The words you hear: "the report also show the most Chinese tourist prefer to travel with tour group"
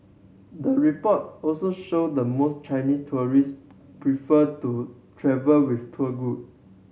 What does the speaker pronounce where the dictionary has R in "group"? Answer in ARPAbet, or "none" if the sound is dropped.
none